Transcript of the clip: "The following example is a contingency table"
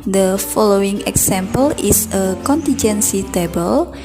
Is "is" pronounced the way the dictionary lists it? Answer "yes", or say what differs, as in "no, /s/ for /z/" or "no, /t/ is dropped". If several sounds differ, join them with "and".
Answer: no, /s/ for /z/